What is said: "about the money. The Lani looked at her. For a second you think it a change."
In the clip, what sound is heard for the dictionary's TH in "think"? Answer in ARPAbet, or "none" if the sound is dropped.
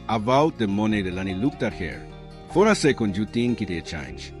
T